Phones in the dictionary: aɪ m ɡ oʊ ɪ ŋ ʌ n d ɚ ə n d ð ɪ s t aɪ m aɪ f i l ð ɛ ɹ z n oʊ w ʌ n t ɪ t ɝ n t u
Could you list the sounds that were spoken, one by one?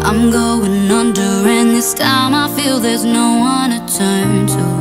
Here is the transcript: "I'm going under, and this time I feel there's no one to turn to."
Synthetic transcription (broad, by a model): aɪ m ɡ oʊ ɪ ŋ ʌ n d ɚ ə n ð ɪ s t aɪ m aɪ f i l ð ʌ ɹ z n oʊ w ʌ n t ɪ t ɝ n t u